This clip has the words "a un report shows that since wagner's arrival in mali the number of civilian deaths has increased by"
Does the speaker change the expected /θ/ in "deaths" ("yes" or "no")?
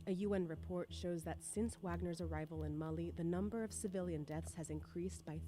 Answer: no